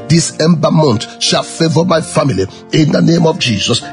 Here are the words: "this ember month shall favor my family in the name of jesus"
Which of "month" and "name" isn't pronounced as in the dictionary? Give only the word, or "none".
month